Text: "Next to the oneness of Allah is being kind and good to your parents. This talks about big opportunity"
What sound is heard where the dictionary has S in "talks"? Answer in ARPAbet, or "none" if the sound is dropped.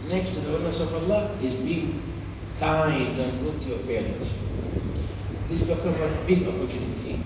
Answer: none